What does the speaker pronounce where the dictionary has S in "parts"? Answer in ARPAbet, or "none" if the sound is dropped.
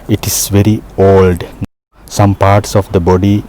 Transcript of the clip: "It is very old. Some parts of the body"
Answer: S